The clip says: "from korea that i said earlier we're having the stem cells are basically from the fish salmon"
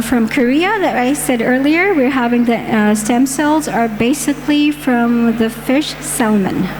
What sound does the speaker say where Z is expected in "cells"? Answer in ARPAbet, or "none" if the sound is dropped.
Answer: Z